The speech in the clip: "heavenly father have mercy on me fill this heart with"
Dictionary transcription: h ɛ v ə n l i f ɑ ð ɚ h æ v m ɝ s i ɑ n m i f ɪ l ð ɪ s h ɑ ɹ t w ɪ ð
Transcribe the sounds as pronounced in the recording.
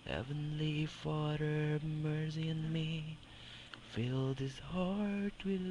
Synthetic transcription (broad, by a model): h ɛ v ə n l i f ɑ ð ɚ m ɝ s i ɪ n m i f ɪ l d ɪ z h ɑ ɹ t w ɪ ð